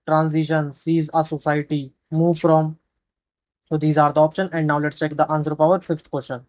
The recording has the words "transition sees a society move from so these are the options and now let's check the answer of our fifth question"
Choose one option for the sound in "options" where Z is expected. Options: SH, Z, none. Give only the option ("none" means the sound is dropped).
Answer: none